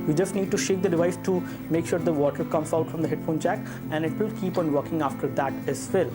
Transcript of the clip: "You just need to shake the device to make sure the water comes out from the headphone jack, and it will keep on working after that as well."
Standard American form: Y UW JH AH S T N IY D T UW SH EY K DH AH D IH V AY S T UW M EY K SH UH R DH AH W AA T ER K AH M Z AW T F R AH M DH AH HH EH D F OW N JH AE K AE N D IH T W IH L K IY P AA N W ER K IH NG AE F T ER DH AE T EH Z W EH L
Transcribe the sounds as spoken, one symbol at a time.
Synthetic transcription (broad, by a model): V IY JH AH S T N IY D T UW SH EY K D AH D IH V AY S T UW M EY K SH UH R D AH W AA T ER K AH M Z AW T F R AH M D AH HH EH D F OW N CH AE K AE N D IH T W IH L K IY P AA N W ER K IH NG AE F T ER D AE T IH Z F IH L